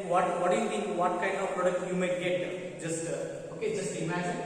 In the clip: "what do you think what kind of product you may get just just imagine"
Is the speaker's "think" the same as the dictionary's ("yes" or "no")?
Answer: no